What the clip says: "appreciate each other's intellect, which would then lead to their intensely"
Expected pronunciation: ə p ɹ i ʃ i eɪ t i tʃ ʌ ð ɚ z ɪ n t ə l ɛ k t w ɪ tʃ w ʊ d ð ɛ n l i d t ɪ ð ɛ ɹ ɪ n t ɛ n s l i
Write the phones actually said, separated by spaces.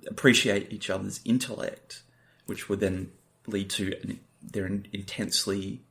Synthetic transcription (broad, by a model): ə p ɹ i ʃ i eɪ t i tʃ ʌ ð ɚ z ɪ n t ə l ɛ k t w ɪ tʃ w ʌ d ð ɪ n l i d t ɪ ð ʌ ɹ ɪ n t ɛ n s l i